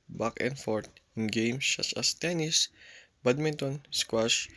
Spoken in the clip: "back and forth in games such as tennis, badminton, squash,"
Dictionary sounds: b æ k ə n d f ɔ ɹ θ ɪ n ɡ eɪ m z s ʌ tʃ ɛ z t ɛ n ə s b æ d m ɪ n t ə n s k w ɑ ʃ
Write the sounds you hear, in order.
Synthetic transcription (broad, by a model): b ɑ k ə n f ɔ ɹ t ɪ n ɡ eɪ m s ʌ s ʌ s t ɛ n ə s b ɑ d m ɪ n t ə n s k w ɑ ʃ